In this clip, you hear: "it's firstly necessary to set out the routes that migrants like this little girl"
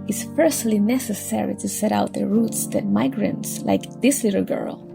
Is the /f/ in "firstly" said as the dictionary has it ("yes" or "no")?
no